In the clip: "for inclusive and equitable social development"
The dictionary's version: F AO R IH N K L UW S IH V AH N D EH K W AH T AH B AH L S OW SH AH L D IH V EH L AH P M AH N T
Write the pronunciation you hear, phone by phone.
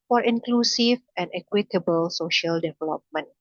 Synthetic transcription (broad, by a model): F AO R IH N K L UW S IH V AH N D EH K W AH T AH B AH L S OW SH AH L D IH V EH L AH P M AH N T